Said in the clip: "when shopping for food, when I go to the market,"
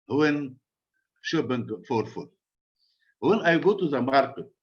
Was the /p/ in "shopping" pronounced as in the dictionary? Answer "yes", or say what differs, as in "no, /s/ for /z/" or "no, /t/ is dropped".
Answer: no, /b/ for /p/